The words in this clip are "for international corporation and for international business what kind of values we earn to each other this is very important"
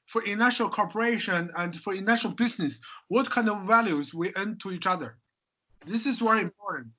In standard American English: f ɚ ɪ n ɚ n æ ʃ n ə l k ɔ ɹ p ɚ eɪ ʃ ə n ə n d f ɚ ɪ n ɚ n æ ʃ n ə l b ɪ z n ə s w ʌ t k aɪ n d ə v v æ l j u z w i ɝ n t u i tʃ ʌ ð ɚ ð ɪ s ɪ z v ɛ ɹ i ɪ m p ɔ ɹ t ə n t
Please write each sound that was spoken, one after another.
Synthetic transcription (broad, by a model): f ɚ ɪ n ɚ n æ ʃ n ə l k ɔ ɹ p ɚ eɪ ʃ ə n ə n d f ɚ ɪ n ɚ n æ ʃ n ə l b ɪ z n ə s w ʌ t k aɪ n d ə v v æ l j u z w i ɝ n t u i tʃ ʌ ð ɚ ð ɪ s ɪ z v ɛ ɹ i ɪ m p ɔ ɹ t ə n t